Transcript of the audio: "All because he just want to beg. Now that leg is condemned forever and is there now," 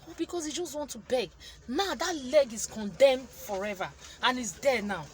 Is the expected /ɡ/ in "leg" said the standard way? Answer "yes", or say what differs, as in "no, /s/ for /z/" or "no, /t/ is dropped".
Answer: yes